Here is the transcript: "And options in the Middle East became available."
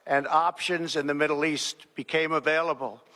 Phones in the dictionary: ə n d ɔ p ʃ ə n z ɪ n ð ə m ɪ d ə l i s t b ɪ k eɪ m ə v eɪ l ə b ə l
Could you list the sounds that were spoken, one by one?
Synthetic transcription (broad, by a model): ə n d ɔ p ʃ ə n z ɪ n ð ə m ɪ d l i s t b ɪ k eɪ m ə v eɪ l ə b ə l